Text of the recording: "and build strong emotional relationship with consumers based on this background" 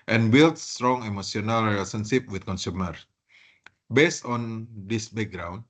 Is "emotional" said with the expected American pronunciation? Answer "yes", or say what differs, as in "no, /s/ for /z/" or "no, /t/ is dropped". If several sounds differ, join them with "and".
no, /s/ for /ʃ/